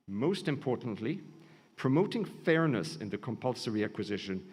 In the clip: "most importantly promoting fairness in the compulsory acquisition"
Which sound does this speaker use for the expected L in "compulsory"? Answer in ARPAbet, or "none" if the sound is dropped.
L